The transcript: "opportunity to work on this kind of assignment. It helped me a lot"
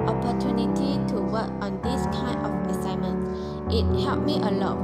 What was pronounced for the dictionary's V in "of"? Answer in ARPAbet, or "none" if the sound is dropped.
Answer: P